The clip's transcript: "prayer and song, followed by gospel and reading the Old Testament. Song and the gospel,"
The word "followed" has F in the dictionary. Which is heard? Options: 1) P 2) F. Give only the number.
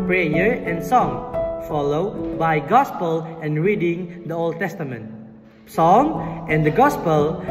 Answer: 2